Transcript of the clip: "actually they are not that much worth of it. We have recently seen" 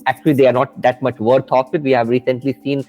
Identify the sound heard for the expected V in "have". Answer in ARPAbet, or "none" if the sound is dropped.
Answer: V